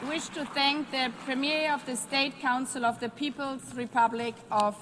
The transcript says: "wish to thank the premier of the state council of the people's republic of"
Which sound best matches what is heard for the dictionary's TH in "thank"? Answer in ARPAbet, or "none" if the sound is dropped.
TH